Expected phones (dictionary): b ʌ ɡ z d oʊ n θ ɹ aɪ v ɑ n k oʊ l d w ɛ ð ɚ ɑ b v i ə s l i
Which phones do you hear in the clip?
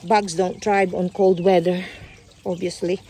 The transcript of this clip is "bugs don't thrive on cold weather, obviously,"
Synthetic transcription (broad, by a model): b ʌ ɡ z d oʊ n t ɹ aɪ b ɑ n k oʊ l d w ɛ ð ɚ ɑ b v i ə s l i